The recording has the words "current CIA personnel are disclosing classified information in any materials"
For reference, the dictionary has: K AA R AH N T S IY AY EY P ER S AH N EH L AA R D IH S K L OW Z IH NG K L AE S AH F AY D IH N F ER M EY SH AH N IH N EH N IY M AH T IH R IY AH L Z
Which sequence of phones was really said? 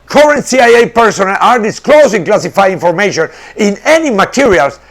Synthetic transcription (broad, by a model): K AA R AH N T S IY AY EY P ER S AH N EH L AA R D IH S K L OW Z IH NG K L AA S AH F AY IH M F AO M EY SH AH N IH N EH N IY M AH T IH R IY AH L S